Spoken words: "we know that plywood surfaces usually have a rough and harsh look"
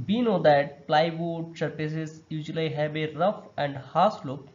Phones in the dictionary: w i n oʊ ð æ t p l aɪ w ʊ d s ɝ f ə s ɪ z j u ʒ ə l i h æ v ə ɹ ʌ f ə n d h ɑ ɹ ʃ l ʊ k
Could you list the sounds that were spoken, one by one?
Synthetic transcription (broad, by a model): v i n oʊ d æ t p l aɪ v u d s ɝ p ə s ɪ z j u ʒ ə l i h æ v ə ɹ ʌ f ə n d h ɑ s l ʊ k